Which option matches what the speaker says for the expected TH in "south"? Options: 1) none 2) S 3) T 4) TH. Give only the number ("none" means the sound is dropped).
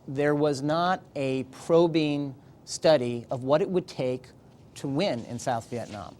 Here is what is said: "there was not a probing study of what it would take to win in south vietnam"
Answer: 4